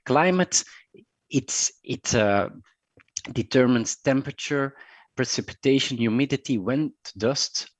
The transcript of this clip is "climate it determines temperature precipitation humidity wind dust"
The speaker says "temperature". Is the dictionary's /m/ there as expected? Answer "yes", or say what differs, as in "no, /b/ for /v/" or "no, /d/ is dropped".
yes